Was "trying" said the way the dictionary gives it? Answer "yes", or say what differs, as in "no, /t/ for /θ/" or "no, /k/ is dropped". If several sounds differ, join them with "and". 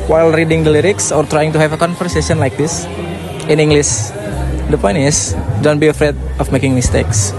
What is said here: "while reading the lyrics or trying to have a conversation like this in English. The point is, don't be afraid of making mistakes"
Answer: yes